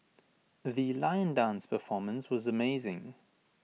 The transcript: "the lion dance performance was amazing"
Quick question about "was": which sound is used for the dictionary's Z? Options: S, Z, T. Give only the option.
Z